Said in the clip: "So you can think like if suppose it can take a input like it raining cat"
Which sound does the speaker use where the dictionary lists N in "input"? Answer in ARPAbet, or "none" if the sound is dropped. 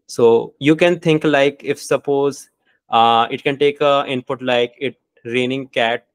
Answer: N